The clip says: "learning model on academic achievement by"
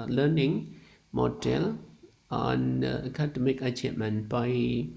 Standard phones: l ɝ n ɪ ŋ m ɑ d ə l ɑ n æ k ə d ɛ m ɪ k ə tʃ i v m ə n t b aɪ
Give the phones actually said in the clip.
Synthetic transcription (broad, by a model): l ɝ n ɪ ŋ m ɑ d ə l ɑ n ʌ k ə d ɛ m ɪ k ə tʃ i m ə n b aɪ